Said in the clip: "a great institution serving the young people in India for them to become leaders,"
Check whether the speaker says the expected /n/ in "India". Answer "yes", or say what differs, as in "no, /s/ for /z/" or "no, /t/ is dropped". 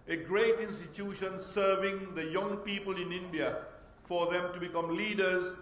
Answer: yes